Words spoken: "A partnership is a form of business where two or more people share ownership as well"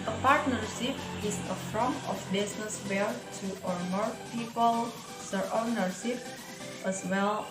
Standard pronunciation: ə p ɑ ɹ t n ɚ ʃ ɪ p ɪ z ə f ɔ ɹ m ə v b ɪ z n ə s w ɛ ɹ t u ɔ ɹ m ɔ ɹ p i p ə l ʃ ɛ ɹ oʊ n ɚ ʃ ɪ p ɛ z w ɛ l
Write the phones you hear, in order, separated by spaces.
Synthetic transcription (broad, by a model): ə p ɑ ɹ t n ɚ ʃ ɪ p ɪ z ə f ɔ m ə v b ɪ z n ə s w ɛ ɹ t u ɔ ɹ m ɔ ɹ p i p ə l s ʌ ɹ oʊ n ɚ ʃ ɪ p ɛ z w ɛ l